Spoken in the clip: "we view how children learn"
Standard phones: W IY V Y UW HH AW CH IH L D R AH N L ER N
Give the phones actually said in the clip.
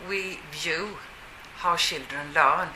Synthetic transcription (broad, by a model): W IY V Y UW HH AW SH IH L D R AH N L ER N